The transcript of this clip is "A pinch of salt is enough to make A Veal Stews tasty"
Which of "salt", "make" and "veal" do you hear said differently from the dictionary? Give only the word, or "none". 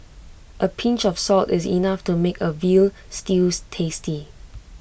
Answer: none